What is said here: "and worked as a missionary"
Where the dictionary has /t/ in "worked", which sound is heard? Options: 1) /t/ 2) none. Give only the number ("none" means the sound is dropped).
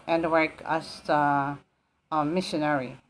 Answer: 2